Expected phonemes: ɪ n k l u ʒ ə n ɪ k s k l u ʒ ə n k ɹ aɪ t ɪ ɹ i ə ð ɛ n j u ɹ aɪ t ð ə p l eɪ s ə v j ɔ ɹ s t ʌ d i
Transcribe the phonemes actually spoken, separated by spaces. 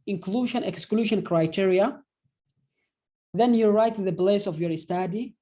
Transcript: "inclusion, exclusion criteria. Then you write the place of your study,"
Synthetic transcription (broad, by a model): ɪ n k l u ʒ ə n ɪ k s k l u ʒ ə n k ɹ aɪ t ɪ ɹ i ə ð ɛ n j u ɹ aɪ t ð ə b l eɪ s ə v j ɔ ɹ s t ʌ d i